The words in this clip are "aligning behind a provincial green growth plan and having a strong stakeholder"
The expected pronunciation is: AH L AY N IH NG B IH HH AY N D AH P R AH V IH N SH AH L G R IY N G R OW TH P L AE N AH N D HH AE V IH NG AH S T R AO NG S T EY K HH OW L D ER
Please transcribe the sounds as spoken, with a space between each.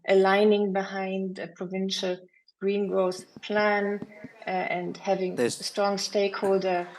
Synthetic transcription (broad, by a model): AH L AY N IH NG B IH HH AY N D AH P R AH V IH N SH AH L G R IY N G R OW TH P L AE N AH N D HH AE V IH NG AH S T R AO NG S T EY K HH OW L D ER